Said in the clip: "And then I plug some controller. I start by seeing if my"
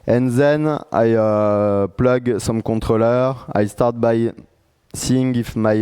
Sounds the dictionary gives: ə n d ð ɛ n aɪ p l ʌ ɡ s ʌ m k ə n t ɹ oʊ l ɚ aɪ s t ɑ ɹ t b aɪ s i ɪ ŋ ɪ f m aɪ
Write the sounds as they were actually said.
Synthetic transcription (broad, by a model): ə n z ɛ n aɪ p l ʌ ɡ s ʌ m k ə t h oʊ l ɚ aɪ s t ɑ ɹ t b aɪ s i ɪ ŋ ɪ f m aɪ